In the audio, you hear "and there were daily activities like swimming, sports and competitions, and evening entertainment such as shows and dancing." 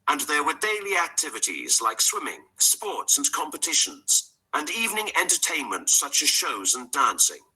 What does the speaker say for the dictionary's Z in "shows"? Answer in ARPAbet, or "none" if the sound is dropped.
Z